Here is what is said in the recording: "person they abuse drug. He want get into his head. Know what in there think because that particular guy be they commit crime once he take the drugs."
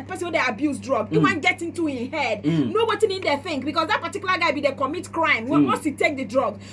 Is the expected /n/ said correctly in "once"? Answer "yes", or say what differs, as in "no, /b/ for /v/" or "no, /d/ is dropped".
no, /n/ is dropped